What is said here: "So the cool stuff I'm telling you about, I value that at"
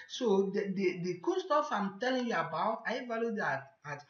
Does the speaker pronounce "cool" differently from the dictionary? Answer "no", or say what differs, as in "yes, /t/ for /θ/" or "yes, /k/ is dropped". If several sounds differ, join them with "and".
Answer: yes, /n/ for /l/